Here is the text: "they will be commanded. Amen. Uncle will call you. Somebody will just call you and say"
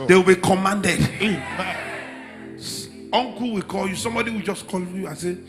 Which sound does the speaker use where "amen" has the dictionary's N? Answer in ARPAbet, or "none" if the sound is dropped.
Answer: none